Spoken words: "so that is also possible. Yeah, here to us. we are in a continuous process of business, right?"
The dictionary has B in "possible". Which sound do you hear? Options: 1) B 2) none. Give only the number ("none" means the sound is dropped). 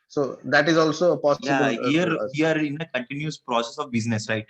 2